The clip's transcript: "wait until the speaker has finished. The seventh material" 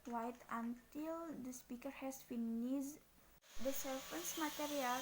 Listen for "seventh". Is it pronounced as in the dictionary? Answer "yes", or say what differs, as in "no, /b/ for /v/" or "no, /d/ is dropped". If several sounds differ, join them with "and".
no, /f/ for /v/ and /s/ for /θ/